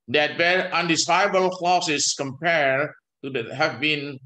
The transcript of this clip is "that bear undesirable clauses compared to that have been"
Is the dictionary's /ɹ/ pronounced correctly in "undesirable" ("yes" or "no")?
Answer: no